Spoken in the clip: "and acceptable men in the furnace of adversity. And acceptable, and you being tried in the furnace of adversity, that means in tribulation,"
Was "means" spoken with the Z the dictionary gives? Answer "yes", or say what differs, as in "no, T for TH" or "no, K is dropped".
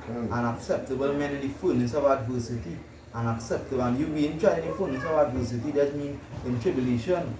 no, Z is dropped